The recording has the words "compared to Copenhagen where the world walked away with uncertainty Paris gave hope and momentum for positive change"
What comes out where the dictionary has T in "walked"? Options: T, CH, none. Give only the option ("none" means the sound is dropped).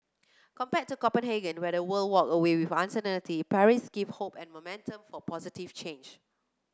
none